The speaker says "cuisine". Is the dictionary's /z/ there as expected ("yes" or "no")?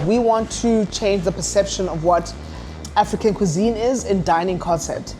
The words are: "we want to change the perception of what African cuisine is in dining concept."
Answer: yes